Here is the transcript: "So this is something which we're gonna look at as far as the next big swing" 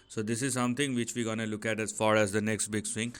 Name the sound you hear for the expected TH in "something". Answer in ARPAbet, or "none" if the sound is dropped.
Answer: T